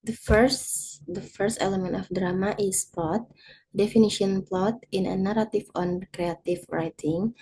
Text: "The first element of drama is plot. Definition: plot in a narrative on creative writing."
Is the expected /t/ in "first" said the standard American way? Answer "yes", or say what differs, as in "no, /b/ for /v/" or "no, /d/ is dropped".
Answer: yes